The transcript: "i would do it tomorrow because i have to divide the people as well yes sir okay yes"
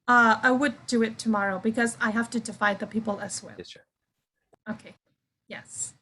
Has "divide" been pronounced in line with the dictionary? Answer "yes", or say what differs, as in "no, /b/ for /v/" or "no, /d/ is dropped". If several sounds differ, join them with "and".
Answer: no, /f/ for /v/